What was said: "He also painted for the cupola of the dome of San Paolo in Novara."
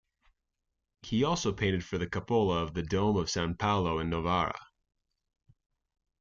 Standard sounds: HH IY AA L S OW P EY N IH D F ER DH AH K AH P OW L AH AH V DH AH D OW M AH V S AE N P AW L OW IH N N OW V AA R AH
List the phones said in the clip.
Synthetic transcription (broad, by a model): HH IY AA L S OW P EY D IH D F ER DH AH K AH P OW L AH AH V DH AH D OW M AH V S AE N P AW L OW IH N N OW V AA R AH